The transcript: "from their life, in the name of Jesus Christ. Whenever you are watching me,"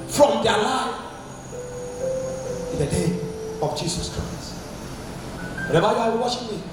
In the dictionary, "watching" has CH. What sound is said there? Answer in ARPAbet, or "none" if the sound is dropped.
SH